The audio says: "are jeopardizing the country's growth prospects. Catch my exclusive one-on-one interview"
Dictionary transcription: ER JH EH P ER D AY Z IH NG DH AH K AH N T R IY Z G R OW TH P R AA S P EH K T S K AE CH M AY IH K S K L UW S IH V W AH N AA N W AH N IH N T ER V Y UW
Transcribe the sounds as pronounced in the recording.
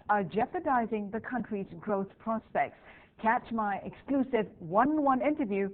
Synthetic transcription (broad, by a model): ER JH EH P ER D AY Z IH NG DH AH K AH N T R IY Z G R OW TH P R AA S P EH K T S K AE CH M AY IH K S K L UW S IH V W AH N N W AH N IH N T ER V Y UW